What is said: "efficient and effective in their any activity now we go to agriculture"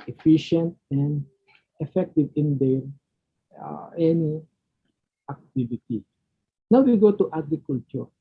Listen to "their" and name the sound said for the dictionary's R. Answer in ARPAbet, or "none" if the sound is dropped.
L